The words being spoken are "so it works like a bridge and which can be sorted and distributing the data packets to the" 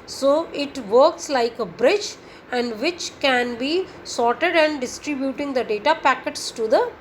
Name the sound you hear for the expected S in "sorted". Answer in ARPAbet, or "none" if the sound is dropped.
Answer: S